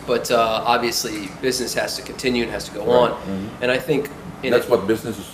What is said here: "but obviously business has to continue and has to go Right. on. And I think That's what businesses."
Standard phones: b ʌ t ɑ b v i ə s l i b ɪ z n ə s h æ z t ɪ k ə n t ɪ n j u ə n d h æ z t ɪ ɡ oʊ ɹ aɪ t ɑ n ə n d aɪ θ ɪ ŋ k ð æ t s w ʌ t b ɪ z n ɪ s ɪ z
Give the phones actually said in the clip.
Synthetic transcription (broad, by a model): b ʌ t ɑ b v i ə s l i b ɪ z n ə s h æ z t ɪ k n t ɪ n j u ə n h æ z t ɪ ɡ oʊ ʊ ɑ n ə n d aɪ θ ɪ ŋ k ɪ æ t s w ʌ t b ɪ z n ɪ s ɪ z